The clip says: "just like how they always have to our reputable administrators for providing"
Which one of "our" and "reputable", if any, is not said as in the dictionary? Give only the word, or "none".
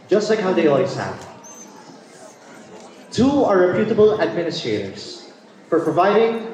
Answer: none